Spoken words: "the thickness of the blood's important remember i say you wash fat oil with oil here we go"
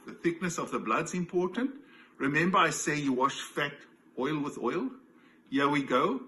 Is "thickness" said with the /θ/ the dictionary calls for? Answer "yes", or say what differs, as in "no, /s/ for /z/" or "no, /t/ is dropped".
yes